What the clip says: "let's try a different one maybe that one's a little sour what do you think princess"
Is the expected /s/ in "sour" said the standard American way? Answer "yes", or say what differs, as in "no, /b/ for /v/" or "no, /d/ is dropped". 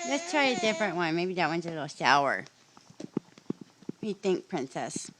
no, /ʃ/ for /s/